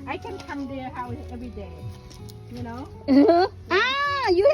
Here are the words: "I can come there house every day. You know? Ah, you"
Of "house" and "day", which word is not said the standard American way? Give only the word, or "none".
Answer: house